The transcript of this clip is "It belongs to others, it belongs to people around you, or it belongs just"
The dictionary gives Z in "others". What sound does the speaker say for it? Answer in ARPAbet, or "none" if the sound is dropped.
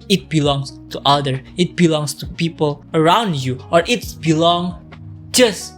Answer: none